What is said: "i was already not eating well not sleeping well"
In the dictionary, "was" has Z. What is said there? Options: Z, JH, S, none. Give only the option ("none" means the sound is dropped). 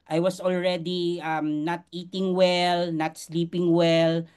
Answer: S